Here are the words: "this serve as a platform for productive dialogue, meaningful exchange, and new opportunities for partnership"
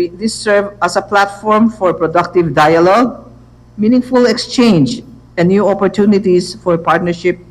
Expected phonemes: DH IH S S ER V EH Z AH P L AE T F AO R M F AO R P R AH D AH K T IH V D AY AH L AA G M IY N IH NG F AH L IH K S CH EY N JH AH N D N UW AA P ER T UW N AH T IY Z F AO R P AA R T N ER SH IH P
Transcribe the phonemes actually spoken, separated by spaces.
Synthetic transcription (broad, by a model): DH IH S S ER V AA S AH P L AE T F AO R M F AO R P R AH D AH K T IH V D AY AH L AA G M IY N IH NG F AH L IH K S CH EY N JH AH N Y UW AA P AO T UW N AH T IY S F AO R P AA R T N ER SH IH P